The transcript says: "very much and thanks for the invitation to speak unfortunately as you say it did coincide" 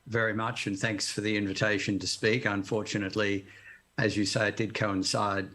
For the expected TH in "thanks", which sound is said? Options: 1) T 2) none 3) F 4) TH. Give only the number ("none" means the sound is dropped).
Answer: 4